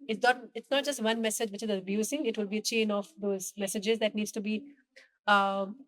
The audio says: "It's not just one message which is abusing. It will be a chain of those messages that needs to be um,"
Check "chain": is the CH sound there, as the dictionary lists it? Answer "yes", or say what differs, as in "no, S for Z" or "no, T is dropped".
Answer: yes